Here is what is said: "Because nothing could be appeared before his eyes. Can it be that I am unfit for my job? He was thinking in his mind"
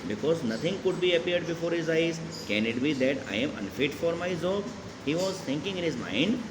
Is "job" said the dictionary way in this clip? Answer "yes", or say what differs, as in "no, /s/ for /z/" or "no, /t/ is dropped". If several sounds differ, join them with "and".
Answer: no, /z/ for /dʒ/